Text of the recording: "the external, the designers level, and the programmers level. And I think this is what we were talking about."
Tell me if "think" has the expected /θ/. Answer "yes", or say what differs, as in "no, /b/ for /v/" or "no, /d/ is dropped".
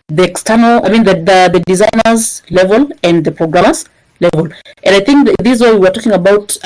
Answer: yes